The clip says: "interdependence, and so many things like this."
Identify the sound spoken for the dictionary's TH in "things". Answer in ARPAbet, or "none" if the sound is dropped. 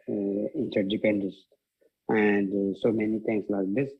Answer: T